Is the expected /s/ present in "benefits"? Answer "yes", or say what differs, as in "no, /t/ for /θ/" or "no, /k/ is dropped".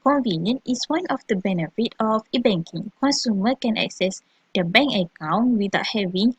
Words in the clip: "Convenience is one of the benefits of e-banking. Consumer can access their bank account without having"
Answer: no, /s/ is dropped